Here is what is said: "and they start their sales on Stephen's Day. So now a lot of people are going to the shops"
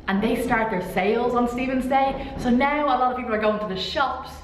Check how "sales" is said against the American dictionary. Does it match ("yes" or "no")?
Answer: yes